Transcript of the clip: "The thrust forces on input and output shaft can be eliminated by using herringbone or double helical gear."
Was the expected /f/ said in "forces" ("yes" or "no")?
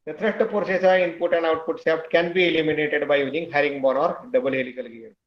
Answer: no